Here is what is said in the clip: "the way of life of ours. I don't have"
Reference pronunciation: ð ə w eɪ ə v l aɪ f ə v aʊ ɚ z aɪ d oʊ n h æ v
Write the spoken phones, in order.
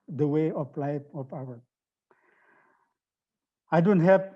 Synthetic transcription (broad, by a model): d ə w eɪ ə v l aɪ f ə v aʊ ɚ aɪ d oʊ n h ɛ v